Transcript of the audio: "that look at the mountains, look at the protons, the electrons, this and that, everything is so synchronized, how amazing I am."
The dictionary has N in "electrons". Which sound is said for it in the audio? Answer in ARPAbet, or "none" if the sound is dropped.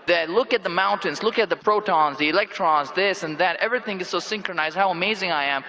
N